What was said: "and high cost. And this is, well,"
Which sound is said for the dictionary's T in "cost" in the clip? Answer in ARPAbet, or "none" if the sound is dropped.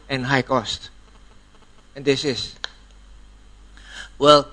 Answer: T